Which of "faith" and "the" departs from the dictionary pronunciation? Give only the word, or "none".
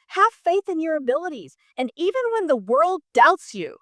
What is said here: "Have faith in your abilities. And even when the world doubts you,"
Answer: none